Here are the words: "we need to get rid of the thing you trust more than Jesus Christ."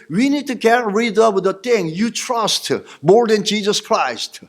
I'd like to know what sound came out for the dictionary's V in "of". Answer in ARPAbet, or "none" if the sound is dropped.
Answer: W